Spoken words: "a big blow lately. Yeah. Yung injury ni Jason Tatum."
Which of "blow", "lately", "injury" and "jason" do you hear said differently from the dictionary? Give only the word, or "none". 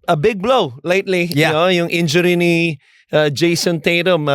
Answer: none